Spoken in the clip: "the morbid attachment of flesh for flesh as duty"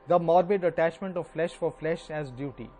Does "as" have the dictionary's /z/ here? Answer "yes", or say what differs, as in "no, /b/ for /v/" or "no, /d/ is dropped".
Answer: yes